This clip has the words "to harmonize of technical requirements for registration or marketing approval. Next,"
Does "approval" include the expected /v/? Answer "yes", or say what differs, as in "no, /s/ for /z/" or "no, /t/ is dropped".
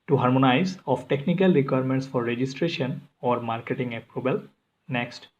no, /b/ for /v/